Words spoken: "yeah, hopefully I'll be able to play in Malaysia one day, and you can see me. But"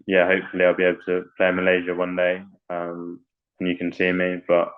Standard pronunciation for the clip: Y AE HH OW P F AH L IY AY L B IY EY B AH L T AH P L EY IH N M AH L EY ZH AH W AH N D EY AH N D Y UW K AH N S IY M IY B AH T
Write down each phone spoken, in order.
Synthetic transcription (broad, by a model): Y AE HH OW P F AH L IY AY L B IY EY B L T AH P L EY IH M AH L EY ZH AH W AH N D EY AH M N Y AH K AH N S IY M IY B AH T